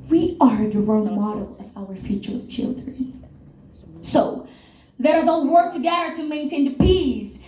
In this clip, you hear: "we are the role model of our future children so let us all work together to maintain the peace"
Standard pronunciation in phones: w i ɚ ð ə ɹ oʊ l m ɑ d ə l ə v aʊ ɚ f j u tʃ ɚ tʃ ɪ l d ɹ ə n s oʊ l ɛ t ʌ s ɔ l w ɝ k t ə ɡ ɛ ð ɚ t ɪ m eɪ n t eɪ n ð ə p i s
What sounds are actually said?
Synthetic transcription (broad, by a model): w i ɚ ð ə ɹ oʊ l m ɑ d l ə v aʊ ɚ f j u tʃ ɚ tʃ ɪ l d ɹ ə n s oʊ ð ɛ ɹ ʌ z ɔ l w ɝ k t ə ɡ ɛ ð ɚ t ɪ m eɪ n t eɪ n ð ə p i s